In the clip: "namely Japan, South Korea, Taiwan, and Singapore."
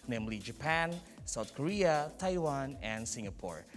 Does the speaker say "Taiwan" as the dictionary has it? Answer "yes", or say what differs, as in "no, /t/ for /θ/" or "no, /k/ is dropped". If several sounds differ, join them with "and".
yes